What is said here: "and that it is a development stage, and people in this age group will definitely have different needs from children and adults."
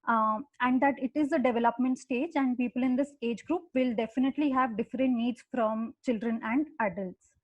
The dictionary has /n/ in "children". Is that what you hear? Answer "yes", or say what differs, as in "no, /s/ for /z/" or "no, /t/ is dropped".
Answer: yes